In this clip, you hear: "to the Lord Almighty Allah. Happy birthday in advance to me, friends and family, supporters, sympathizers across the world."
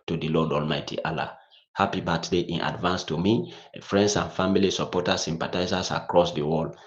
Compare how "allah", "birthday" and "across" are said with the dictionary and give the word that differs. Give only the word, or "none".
birthday